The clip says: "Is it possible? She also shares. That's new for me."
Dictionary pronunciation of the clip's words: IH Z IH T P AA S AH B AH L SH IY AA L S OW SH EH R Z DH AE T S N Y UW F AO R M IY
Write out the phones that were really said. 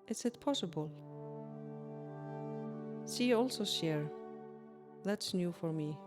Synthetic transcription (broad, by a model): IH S IH T P AA S AH B AH L S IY AA L S OW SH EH R DH AE T S N Y UW F AO R M IY